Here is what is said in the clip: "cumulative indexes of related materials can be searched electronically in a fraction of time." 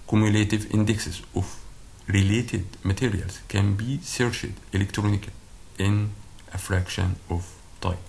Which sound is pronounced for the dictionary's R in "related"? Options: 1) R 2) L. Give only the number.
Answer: 1